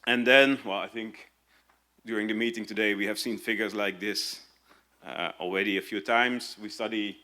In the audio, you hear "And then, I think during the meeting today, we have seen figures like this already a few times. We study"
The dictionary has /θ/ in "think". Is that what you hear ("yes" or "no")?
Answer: yes